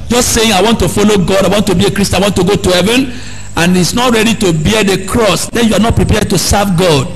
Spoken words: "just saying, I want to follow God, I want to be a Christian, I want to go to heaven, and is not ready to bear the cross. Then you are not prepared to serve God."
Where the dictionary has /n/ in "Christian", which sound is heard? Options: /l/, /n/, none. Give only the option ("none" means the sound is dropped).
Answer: none